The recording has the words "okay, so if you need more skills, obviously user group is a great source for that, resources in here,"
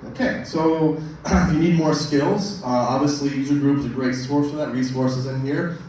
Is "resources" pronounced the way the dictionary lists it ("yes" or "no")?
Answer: yes